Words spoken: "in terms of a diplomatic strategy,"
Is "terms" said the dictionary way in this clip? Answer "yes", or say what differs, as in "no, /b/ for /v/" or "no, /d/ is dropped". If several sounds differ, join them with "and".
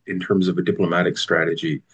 yes